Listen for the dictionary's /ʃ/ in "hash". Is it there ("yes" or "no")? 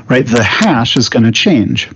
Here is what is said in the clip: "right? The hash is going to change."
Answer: yes